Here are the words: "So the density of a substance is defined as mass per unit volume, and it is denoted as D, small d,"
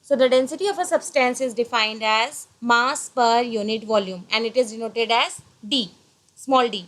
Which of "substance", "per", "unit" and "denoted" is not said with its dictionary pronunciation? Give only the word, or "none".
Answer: none